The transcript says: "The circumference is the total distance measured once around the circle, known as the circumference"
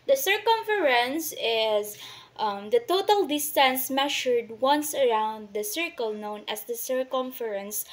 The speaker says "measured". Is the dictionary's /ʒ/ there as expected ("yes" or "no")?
no